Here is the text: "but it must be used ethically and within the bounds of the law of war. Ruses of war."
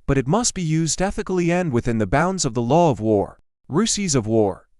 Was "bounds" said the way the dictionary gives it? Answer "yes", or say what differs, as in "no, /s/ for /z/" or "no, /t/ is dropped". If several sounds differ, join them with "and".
yes